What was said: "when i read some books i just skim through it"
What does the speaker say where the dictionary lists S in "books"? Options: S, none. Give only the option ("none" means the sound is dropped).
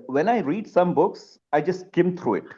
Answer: S